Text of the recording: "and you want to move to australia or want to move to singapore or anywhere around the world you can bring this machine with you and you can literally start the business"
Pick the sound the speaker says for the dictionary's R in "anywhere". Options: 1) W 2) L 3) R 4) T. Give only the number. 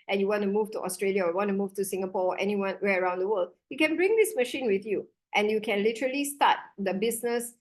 1